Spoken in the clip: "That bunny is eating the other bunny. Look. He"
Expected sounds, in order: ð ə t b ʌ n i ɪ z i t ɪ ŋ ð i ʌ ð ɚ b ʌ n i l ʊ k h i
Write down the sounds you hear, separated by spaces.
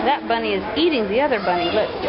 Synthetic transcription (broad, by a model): ð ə t b ʌ n i ɪ z i t ɪ ŋ ð i ʌ ð ɚ b ʌ n i l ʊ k